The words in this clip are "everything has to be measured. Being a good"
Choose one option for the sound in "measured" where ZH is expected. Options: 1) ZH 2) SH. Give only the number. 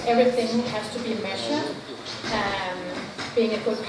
2